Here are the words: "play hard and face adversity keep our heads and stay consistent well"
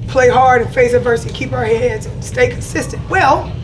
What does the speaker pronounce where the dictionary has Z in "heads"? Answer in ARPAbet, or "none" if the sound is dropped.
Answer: Z